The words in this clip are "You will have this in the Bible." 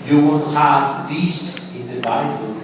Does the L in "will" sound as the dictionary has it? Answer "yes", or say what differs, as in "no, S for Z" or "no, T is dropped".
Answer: no, N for L